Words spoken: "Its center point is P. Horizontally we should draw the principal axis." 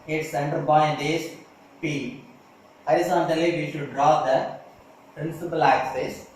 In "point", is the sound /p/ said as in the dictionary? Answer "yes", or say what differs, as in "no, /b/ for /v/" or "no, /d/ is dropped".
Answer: no, /b/ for /p/